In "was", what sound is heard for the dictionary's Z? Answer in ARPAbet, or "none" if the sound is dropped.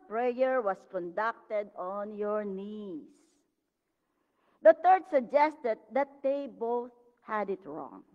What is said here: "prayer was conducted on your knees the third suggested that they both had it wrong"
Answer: S